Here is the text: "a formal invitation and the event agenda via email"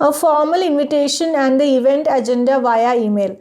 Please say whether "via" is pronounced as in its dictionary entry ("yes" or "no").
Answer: yes